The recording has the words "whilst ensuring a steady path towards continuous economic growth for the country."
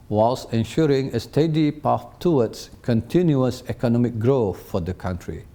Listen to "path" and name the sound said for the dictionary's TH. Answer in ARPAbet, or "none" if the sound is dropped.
F